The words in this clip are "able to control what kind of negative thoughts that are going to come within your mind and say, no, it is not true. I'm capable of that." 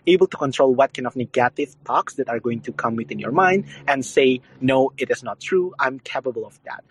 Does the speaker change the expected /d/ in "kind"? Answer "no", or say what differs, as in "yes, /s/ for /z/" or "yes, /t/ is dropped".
yes, /d/ is dropped